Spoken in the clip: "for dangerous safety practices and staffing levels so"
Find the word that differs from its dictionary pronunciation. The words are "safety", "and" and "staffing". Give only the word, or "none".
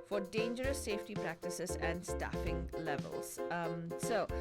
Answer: none